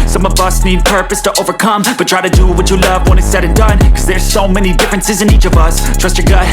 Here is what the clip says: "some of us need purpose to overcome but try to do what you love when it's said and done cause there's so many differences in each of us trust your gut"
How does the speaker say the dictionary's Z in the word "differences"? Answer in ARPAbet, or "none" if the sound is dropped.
Z